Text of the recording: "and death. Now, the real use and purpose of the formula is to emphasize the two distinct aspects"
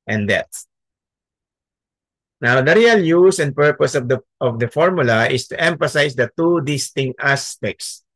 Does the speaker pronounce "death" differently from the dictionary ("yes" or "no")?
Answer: yes